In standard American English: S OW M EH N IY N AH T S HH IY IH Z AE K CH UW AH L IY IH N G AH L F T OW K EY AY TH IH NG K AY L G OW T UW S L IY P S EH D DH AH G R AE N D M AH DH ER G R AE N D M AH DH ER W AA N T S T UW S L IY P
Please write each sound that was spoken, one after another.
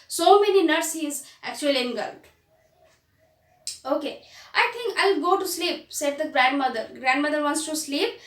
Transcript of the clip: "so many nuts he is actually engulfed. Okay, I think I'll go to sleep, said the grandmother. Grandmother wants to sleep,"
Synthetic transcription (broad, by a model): S OW M EH N IY N AH T S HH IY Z AE K CH UW AH L IY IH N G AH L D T OW K EY AY T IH NG K AY L G OW T UW S L IY P S EH D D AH G R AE N D M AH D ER G R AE N D M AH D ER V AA N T S T UW S L IY P